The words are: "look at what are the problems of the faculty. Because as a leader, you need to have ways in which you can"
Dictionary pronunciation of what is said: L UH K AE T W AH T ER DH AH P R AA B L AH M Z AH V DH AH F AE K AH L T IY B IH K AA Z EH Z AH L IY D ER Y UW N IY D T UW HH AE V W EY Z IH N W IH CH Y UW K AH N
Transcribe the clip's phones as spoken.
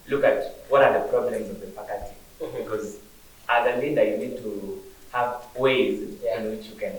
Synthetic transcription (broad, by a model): L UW K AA T W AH T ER DH AH P R AA B L AH M Z AH V DH AH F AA K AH T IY B IH K AA Z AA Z AH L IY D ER Y UW N IY D T UW HH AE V W EY Z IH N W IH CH Y UW K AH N